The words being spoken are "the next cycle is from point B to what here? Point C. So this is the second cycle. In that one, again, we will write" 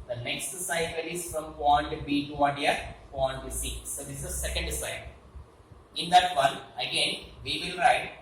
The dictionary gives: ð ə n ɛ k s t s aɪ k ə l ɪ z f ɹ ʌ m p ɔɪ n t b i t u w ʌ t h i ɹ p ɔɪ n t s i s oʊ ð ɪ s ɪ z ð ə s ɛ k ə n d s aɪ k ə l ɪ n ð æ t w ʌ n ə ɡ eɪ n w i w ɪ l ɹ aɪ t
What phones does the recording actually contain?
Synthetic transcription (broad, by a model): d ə n ɛ k s t s aɪ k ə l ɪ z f ɹ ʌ m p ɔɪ n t b i t u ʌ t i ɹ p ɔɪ n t s i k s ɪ ɪ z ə s ɛ k ə n d s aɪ ə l ɪ n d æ t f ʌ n ə ɡ eɪ n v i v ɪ l ɹ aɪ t